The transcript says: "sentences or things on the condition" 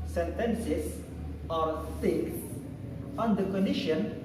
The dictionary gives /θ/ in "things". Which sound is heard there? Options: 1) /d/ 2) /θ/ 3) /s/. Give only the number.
3